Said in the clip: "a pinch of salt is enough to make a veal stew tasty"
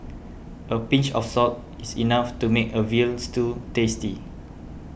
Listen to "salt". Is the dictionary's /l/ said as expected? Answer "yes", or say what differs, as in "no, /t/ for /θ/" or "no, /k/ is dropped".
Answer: no, /l/ is dropped